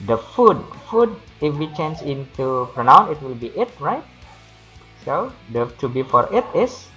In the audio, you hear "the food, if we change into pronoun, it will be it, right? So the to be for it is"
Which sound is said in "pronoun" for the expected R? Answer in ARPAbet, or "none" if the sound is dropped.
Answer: R